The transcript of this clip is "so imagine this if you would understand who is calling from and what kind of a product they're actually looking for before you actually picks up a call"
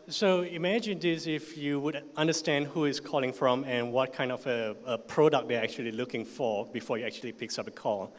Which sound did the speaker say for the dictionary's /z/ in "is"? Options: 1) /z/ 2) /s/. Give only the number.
2